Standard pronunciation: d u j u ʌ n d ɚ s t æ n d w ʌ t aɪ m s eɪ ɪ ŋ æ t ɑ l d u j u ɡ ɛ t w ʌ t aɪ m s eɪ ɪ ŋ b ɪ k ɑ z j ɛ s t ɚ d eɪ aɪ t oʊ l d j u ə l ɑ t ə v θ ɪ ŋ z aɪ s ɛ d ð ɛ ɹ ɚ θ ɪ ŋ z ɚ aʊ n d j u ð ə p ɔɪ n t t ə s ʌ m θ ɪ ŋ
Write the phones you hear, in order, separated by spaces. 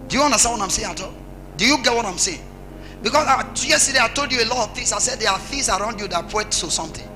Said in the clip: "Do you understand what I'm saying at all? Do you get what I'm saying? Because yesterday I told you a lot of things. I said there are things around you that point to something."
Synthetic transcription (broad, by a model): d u j u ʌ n d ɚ s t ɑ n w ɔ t aɪ m s eɪ ɪ ŋ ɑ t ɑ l d u j u ɡ ɛ t w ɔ t aɪ m s eɪ ɪ ŋ b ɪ k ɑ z j ɛ s t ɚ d eɪ aɪ t oʊ l d j u ə l ɑ t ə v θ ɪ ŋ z aɪ s ɛ d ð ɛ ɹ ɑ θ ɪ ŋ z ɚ aʊ n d j u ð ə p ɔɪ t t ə s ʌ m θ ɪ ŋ